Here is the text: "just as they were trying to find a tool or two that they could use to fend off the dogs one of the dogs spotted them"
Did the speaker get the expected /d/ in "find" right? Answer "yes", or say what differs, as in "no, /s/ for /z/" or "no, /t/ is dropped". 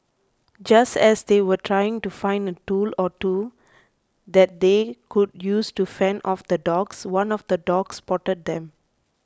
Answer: yes